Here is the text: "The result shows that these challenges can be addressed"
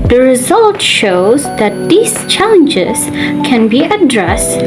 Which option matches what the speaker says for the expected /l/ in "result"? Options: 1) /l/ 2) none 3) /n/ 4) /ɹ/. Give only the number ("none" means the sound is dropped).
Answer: 1